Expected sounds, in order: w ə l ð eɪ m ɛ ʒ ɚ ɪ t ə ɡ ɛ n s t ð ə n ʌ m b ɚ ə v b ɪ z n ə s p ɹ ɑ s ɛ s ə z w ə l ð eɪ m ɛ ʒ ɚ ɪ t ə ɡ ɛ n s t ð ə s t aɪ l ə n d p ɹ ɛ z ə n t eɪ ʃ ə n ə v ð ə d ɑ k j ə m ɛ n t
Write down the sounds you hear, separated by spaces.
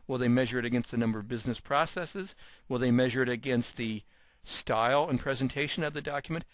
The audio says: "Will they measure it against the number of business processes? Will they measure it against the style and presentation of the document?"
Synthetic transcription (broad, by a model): w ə l ð eɪ m ɛ ʒ ɚ ɪ t ə ɡ ɛ n s t ð ə n ʌ m b ɚ ə v b ɪ z n ə s p ɹ ɑ s ɛ s ə z w ə l ð eɪ m ɛ ʒ ɚ ɪ t ə ɡ ɛ n s t ð ə s t aɪ l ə n p ɹ ɛ z ə n t eɪ ʃ ə n ə v ð ə d ɑ k j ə m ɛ n t